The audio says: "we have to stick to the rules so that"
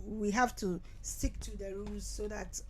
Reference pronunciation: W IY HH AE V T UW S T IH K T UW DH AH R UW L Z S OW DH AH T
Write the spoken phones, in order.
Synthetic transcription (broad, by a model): W IY HH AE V T UW S T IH K T UW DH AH R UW Z S OW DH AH T